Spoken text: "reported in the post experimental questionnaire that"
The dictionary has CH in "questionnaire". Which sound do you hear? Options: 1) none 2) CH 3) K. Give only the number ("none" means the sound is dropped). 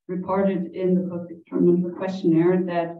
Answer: 2